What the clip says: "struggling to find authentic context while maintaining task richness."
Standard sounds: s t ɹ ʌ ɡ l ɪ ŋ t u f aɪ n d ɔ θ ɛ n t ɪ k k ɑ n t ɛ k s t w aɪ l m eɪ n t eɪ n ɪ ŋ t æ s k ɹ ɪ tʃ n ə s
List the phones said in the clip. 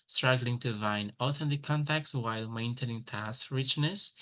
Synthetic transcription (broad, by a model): s t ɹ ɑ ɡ l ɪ ŋ t u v aɪ n ɔ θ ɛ n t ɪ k k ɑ n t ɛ k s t w aɪ l m eɪ n t eɪ n ɪ ŋ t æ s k ɹ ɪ tʃ n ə s